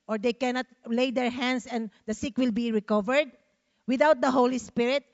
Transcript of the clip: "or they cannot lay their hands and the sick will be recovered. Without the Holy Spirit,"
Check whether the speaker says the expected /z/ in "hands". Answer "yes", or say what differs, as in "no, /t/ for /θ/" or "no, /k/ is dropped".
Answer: no, /s/ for /z/